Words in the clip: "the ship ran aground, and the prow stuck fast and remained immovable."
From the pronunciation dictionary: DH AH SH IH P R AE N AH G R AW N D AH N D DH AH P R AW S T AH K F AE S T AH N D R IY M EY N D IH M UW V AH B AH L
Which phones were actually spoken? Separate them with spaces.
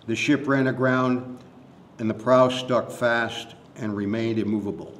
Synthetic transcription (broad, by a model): DH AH SH IH P R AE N AH G R AW N D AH N DH AH P R AW S T AH K F AE S T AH N R IY M EY N D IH M UW V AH B L